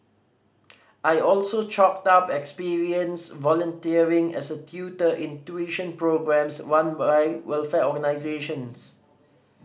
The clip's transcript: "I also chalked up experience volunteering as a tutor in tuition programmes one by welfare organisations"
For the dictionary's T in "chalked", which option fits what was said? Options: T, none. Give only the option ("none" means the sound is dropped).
T